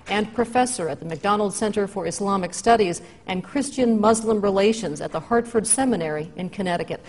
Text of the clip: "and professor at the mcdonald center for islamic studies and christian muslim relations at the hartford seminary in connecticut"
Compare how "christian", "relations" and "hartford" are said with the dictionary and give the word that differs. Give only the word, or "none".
none